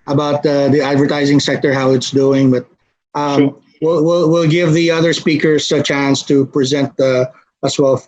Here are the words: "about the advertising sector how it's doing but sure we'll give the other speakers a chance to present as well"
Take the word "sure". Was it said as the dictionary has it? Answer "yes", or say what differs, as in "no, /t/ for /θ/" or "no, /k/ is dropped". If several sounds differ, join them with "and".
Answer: no, /w/ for /ɹ/